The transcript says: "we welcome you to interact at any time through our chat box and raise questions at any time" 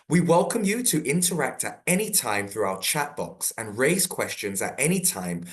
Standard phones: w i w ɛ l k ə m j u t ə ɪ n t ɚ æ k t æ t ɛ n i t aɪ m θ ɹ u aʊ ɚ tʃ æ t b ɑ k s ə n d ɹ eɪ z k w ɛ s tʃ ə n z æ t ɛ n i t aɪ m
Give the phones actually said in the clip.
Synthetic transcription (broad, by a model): w i w ɛ l k ə m j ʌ t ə ɪ n t ɚ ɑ k t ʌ t ɛ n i t aɪ m θ ɹ u aʊ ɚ tʃ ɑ t b ɑ k s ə n ɹ eɪ z k w ɛ s tʃ ə n z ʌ t ɛ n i t aɪ m